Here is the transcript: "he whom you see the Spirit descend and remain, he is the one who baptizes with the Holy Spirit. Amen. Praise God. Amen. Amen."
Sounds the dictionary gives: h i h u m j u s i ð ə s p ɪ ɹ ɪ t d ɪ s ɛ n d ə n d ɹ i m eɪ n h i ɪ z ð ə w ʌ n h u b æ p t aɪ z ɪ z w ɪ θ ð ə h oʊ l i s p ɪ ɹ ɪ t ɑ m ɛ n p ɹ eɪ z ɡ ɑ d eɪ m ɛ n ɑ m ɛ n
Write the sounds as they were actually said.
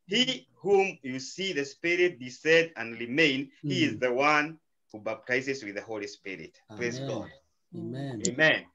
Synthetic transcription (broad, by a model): h i h u m j u s i ð ə s p ɪ ɹ ɪ t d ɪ s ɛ d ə n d ɹ i m eɪ n h i ɪ z ð ə w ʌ n h u b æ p t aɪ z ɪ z w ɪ ð ə h oʊ l i s p ɪ ɹ ɪ t p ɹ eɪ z ɡ ɑ d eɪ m m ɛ n